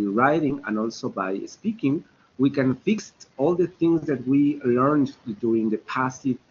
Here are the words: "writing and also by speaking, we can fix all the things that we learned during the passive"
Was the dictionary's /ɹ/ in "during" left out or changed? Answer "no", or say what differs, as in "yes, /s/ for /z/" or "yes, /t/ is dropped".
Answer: yes, /ɹ/ is dropped